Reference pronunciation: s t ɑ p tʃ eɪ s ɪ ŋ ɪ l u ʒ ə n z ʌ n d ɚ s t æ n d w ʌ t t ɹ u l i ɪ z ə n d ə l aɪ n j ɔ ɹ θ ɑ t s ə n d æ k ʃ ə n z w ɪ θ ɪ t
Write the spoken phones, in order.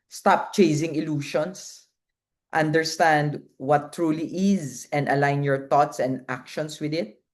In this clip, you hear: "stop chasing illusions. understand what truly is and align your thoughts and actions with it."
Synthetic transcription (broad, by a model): s t ɑ p tʃ eɪ s ɪ ŋ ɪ l u ʃ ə n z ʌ n d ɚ s t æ n d w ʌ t t ɹ u l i ɪ z ə n d ə l aɪ n j ɔ ɹ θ ɑ t s ə n d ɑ k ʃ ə n s w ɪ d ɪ t